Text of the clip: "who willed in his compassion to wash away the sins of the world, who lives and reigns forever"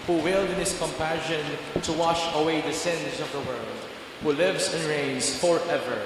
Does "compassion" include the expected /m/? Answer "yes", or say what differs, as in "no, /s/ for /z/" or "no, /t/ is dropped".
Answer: yes